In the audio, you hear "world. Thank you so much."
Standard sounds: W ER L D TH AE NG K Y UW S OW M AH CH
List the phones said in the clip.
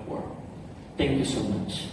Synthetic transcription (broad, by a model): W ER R TH AE NG K Y UW S OW M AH CH